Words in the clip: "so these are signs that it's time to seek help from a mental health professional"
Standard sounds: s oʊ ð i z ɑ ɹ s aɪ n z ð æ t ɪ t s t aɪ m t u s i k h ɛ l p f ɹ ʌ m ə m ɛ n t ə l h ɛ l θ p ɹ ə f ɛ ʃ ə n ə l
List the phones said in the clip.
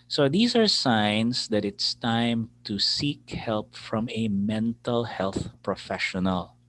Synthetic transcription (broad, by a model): s oʊ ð i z ɑ ɹ s aɪ n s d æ t ɪ t s t aɪ m t u s i k h ɛ l p f ɹ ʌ m ə m ɛ n t ə l h ɛ l θ p ɹ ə f ɛ ʃ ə n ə l